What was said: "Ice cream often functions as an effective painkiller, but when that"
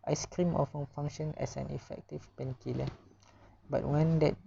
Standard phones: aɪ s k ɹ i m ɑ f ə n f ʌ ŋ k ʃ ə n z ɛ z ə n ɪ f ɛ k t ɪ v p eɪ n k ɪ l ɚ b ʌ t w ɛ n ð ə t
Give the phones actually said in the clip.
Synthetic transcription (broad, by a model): aɪ s k ɹ i m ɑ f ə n f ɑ ŋ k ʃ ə n ɛ s ə n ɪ f ɛ k t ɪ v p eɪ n k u l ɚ b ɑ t w ɛ n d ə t